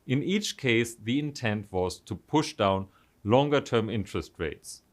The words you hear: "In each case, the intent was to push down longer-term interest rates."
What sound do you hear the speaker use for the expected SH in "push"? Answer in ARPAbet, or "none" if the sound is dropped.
SH